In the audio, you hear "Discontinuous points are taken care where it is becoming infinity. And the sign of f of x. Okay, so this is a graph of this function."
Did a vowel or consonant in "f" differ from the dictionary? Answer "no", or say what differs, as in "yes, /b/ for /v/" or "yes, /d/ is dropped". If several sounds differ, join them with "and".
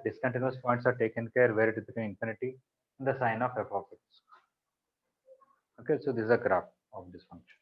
yes, /p/ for /f/